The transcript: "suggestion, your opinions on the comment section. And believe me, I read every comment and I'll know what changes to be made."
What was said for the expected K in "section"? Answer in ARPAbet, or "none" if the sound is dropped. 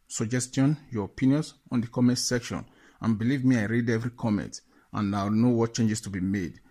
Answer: K